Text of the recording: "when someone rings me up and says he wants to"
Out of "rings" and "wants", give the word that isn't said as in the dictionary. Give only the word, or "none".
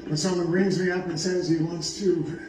none